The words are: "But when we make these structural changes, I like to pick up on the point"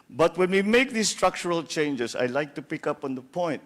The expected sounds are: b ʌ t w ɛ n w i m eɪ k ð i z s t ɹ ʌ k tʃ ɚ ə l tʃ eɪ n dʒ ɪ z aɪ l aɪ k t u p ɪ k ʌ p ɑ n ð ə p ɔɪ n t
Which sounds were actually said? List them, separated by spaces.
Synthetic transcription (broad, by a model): b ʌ t w ɛ n w i m eɪ k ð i s t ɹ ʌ k tʃ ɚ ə l tʃ eɪ n dʒ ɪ s aɪ l aɪ k t u p ɪ k ʌ p ɑ n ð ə p ɔɪ n t